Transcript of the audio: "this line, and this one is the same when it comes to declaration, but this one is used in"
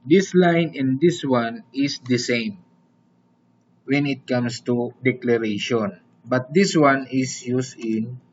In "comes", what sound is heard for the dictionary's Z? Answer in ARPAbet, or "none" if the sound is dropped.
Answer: S